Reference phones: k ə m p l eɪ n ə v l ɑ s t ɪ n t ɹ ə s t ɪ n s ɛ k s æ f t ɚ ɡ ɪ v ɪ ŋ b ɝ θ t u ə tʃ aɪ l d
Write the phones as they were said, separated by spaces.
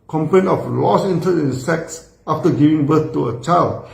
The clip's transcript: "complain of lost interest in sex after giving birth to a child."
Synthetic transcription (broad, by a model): k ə m p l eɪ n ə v l ɑ s ɪ n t ə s ɪ n s ɛ k s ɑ f t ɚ ɡ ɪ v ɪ ŋ b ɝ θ t u ə tʃ aɪ l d